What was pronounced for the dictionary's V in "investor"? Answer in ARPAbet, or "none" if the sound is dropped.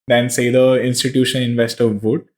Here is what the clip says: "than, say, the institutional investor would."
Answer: V